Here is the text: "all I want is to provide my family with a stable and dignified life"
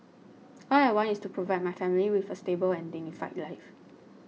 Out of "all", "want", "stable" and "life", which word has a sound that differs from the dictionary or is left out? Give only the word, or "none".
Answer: want